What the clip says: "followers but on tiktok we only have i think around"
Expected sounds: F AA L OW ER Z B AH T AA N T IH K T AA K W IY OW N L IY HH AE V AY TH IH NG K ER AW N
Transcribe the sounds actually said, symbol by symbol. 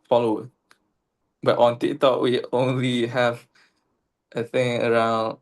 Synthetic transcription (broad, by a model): F AA L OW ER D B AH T AA N T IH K T AA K W IY OW N L IY HH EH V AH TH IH NG ER AW N